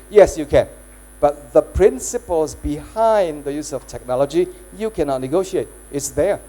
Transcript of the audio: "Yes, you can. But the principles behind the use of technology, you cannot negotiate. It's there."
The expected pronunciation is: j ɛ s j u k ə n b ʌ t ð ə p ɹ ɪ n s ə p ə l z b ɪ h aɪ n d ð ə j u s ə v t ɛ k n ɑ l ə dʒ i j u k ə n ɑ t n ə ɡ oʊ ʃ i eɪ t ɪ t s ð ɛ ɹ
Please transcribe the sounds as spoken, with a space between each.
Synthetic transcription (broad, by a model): j ɛ s j u k ə n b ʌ t ð ə p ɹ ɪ n s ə p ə l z b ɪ h aɪ n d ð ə j u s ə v t ɛ k n ɑ l ə dʒ i j u k ə n ɑ t n ə ɡ oʊ ʃ i eɪ t ɪ t s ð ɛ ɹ